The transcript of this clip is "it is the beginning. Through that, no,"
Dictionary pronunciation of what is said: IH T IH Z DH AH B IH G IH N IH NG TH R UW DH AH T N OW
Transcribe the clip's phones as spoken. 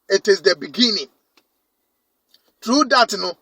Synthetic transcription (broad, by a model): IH T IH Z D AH B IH G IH N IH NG T R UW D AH T N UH